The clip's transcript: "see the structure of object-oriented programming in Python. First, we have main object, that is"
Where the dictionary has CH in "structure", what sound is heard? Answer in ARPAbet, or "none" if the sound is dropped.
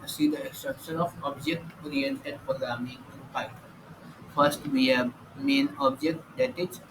SH